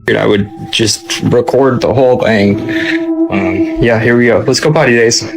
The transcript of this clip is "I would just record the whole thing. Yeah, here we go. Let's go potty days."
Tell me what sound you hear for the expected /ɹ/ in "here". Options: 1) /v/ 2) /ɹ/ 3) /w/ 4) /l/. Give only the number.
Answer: 2